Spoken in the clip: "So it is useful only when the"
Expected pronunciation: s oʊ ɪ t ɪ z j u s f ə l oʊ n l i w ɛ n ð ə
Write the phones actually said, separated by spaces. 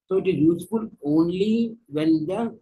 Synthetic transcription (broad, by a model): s oʊ ɪ t ɪ z j u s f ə l oʊ n l i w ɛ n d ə